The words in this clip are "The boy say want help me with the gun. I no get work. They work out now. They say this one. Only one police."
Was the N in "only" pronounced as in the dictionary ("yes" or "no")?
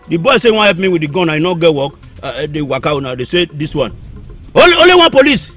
no